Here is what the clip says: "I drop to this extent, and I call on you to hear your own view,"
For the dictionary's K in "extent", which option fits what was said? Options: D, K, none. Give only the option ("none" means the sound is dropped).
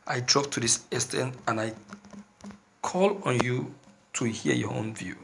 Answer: none